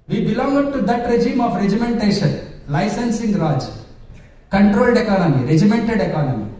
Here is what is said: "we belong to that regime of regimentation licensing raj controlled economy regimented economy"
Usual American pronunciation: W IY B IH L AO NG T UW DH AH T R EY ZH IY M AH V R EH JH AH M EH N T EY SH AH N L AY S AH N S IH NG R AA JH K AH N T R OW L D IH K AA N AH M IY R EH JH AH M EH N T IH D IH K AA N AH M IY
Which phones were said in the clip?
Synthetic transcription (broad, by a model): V IY B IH L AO NG T UW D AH T R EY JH IY M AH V R EH JH AH M EH N T EY SH AH N L AY S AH N S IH NG R AA JH K AH N T R OW L D IH K AA N AH M IY R EH JH AH M EH N T IH D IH K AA N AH M IY